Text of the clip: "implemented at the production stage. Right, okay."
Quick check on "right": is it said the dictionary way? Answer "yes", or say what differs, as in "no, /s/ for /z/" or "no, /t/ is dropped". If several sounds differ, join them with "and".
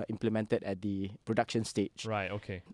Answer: yes